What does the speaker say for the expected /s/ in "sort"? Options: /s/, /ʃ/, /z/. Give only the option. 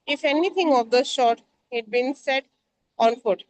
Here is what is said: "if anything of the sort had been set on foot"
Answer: /ʃ/